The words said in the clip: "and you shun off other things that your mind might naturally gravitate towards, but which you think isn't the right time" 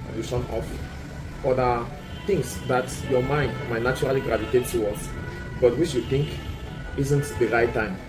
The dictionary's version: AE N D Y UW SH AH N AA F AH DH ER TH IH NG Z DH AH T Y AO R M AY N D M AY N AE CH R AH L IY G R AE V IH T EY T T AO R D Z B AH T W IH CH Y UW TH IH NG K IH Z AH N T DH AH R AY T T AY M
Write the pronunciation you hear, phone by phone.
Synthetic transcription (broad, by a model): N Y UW S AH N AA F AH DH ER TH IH NG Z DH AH T Y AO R M AY N D M AY N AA CH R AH L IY G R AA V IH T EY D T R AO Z B AH T W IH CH Y UW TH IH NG K IH Z AH N T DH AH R AY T T AY M